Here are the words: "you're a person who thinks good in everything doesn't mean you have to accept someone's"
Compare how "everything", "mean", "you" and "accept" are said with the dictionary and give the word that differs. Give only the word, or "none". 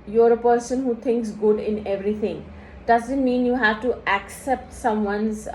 everything